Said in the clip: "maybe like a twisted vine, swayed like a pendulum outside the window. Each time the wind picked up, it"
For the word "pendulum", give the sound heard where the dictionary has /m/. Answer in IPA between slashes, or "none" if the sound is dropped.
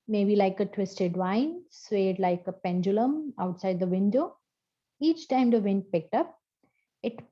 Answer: /m/